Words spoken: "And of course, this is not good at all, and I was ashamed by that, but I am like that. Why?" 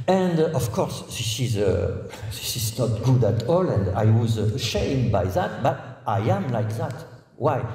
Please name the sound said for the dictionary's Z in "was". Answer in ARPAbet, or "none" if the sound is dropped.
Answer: Z